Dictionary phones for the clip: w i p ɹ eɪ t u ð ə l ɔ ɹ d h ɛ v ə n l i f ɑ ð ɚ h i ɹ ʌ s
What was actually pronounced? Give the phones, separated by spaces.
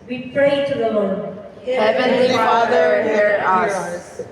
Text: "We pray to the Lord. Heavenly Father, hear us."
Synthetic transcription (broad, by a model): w i p ɹ eɪ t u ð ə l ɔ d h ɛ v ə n i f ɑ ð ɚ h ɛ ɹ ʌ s